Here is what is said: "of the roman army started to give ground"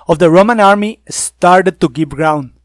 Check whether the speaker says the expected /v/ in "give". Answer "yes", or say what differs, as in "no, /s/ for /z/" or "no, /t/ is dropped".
no, /p/ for /v/